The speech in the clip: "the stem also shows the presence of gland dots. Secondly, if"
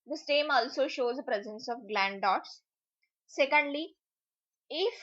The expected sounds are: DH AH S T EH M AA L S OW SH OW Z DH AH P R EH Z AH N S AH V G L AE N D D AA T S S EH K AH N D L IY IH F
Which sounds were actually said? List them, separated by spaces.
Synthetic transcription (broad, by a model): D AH S T EH M AA L S OW SH OW Z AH P R EH Z AH N S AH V G L AE N D D AA T S S EH K AH N D L IY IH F